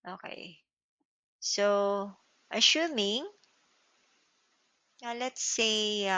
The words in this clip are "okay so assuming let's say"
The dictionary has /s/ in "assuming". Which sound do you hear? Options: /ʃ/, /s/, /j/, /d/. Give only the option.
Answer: /ʃ/